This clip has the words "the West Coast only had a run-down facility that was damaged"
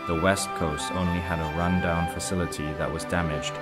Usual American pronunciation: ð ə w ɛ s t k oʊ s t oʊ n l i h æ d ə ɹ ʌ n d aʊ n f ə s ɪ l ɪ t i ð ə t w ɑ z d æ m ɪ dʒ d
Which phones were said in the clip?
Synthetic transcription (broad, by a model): ð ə w ɛ s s k oʊ s t oʊ n l i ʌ d ə ɹ ʌ n d aʊ n f ə s ɪ l ɪ t i ð ə t w ɑ z d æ m ɪ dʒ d